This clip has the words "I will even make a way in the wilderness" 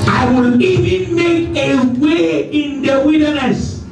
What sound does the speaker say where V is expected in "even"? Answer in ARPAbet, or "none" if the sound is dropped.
V